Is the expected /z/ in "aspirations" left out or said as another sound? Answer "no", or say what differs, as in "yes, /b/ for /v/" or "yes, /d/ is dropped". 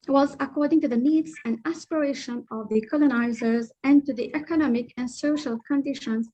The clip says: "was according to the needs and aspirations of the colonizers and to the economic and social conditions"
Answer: yes, /z/ is dropped